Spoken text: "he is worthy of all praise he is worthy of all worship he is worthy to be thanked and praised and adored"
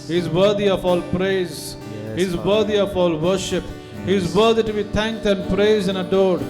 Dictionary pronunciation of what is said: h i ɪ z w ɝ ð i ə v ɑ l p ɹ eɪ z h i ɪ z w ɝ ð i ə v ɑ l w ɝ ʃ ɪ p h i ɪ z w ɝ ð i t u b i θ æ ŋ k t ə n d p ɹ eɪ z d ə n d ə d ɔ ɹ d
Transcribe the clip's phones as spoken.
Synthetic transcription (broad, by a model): h i ɪ z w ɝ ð i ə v ɑ l p ɹ eɪ z h i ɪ z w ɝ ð i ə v ɑ l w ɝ ʃ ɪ p h i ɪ z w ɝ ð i t u b i t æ ŋ k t ə n d p ɹ eɪ z ə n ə d ɔ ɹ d